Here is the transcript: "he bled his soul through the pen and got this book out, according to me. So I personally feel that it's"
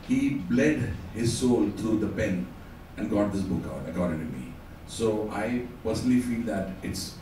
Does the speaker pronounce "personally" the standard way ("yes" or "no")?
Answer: yes